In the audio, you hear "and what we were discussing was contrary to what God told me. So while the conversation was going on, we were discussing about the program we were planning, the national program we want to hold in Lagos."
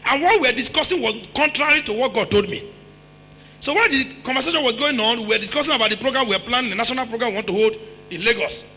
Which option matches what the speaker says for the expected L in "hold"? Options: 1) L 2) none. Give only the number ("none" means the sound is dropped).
1